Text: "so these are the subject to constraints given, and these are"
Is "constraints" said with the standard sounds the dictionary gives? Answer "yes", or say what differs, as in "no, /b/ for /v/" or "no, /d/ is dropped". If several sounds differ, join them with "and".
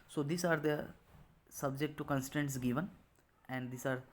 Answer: no, /ɹ/ is dropped